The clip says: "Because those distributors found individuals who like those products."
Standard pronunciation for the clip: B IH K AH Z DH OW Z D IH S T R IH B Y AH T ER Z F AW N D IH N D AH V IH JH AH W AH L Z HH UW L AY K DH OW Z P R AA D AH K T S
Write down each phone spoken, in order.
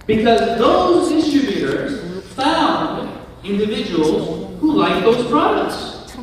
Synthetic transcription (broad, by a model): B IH K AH Z DH OW Z D IH S T R IH B Y AH T ER Z F AW N D IH N D AH V IH JH AH W AH L Z HH UW L AY K DH OW Z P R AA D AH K T S